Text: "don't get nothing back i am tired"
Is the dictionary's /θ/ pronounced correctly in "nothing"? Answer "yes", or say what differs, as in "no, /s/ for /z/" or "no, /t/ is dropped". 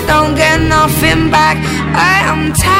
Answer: no, /f/ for /θ/